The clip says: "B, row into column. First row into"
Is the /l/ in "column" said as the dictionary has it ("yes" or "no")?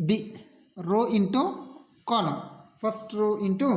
no